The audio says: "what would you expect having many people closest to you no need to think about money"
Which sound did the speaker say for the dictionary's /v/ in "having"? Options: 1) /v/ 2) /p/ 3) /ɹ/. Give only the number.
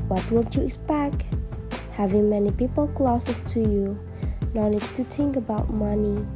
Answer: 1